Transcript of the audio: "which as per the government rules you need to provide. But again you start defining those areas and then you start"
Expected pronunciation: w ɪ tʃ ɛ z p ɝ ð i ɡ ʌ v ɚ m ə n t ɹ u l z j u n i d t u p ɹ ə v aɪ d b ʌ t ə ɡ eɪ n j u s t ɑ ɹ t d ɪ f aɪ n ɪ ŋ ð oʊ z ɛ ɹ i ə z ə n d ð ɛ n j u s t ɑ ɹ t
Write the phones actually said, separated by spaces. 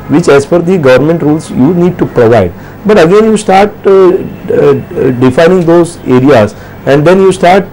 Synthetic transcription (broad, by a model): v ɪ tʃ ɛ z f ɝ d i ɡ ʌ v ɚ m ə n t ɹ u l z j u n i d t u p ɹ ə v aɪ d b ʌ t ə ɡ eɪ n j u s t ɑ ɹ t d ɪ f aɪ n ɪ ŋ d oʊ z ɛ ɹ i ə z ə n d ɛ n j u s t ɑ ɹ t